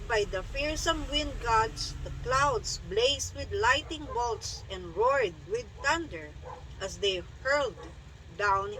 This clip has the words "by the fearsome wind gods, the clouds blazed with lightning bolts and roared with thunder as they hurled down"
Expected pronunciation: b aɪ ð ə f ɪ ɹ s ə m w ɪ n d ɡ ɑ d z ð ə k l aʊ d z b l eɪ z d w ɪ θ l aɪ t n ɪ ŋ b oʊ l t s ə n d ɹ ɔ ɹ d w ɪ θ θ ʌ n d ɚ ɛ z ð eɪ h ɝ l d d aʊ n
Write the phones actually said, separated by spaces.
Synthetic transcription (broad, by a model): b aɪ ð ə f ɪ ɹ s ə m w ɪ n d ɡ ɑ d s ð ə k l aʊ d s b l eɪ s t w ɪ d l aɪ t ɪ ŋ b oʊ l t s ə n d ɹ ɔ ɹ d w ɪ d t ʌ n d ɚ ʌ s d eɪ h ɝ l d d aʊ n